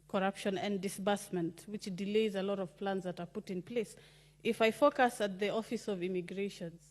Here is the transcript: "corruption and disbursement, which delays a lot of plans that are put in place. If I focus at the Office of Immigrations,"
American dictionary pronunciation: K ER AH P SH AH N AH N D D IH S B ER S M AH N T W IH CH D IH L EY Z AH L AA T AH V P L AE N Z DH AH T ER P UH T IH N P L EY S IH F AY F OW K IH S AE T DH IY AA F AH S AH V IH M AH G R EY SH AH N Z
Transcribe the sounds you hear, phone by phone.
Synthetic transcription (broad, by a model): K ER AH P SH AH N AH N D D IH S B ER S M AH N T W IH CH D IH L EY Z AH L AA T AH V P L AE N Z DH AH T ER P UH T IH N P L EY S IH F AY F OW K IH S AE T DH IY AA F AH S AH V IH M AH G R EY SH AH N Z